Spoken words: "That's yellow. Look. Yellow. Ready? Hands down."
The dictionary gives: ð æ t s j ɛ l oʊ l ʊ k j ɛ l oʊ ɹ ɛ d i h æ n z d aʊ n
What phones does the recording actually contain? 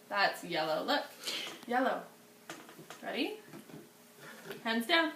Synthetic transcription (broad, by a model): ð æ t s j ɛ l oʊ l ʊ k j ɛ l oʊ ɹ ɛ d i h æ n z d aʊ n